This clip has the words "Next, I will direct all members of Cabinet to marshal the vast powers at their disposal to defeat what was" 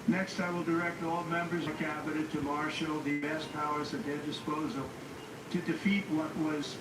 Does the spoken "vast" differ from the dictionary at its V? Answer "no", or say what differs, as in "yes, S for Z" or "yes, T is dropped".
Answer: yes, B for V